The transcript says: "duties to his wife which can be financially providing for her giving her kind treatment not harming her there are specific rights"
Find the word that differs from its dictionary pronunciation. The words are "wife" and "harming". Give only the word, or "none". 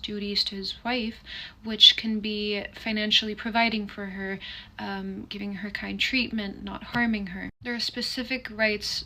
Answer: none